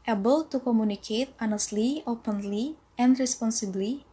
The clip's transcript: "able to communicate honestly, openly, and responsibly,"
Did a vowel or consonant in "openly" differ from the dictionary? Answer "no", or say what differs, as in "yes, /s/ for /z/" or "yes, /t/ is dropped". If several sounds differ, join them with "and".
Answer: no